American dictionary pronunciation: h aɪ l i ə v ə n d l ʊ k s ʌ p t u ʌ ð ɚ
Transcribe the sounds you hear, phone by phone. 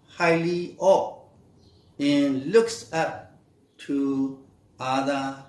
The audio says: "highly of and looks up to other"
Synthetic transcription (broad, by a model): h aɪ l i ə p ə n l ʊ k s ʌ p t u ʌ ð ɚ